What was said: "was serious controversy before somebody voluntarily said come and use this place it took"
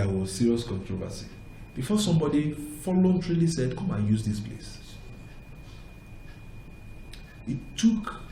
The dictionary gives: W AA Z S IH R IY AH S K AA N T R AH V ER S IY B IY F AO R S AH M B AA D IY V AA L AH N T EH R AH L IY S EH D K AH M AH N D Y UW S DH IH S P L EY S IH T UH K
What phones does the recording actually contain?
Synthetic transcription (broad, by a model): W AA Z S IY R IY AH S K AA N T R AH V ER S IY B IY F AO S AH M B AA D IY F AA L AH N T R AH L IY S EH D K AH M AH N Y UW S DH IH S P L EY S IH T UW K